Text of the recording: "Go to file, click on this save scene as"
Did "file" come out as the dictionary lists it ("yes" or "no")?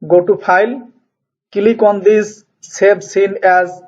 no